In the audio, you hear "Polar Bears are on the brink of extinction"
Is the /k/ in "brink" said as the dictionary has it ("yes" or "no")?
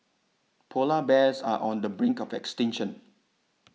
yes